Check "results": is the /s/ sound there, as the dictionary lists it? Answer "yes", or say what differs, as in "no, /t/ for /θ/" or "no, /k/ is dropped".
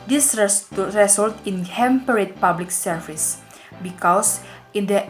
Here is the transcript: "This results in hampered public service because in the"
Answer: no, /s/ is dropped